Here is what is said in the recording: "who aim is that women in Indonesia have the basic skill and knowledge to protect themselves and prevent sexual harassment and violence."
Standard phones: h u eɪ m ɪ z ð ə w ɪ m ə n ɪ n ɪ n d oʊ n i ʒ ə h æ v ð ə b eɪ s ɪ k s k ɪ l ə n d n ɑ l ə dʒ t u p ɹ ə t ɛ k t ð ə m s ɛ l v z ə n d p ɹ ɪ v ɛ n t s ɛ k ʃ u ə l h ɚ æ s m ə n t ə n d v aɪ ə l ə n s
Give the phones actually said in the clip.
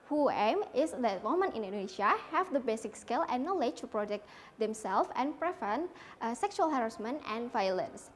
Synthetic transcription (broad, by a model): h u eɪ m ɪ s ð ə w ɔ m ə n ɪ n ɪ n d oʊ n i ʃ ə h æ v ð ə b eɪ s ɪ k s k ɪ l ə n n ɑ l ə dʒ t u p ɹ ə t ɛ k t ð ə m s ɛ l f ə n p ɹ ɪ f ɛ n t s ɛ k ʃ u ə l h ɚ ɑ s m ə n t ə n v aɪ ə l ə n s